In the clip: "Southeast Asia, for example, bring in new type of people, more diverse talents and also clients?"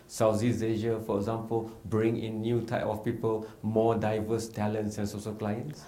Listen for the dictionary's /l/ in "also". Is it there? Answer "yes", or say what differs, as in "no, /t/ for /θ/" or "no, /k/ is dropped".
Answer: no, /l/ is dropped